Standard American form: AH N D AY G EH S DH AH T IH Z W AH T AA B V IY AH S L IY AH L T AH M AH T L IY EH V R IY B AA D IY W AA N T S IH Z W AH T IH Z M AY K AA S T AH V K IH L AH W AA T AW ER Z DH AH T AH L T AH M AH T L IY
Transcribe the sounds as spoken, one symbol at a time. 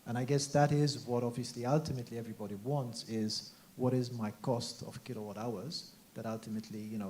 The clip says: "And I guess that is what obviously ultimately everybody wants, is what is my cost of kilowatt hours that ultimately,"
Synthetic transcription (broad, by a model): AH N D AY G EH S DH AH T IH Z W AH T AA B V IY AH S L IY AH L T AH M AH T L IY EH V R IY B AA D IY W AA N T S IH Z W AH T IH Z M AY K AA S T AH V K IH L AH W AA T AW ER Z DH AH T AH L T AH M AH T L IY